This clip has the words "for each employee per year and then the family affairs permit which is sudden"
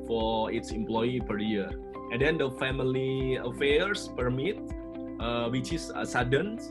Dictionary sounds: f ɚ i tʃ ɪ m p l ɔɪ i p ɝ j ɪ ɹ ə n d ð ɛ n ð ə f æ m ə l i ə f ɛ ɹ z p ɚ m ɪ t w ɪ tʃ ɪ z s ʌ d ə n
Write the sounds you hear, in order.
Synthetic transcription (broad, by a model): f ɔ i s ɪ m p l ɔɪ i p ɝ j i ɹ ə n d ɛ n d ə f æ m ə l i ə f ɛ ɹ s p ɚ m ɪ t w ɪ tʃ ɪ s s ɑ d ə n